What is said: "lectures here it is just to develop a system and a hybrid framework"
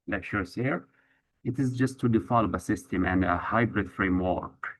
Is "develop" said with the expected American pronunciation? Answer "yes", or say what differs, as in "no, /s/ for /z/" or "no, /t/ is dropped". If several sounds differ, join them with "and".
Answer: no, /f/ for /v/